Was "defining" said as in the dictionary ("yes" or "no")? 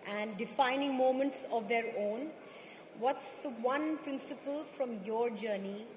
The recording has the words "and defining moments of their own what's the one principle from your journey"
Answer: yes